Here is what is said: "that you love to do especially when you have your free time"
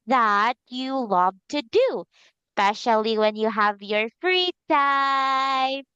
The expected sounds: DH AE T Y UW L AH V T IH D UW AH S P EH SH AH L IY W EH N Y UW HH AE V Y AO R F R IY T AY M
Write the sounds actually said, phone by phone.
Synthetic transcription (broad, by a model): DH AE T Y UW L AH V T IH D UW S P EH SH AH L IY W EH N Y UW HH AE V Y AO R F R IY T AY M